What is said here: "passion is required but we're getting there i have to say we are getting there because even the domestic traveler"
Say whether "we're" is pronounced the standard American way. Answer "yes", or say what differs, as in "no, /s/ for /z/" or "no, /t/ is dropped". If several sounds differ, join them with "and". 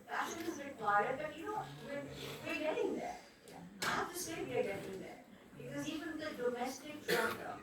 no, /w/ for /ɹ/